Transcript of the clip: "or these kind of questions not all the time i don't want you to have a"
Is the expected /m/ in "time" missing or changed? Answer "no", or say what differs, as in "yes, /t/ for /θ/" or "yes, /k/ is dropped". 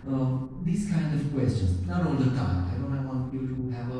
yes, /m/ is dropped